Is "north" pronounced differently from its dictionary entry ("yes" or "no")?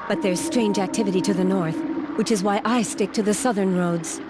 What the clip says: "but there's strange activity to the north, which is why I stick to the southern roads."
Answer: no